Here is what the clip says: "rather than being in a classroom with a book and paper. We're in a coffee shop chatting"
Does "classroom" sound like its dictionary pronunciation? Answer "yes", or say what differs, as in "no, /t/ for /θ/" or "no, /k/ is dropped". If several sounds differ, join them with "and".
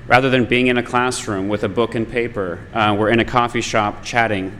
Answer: yes